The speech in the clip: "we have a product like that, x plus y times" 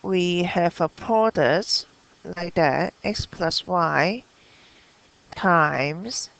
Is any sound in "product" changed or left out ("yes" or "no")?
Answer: yes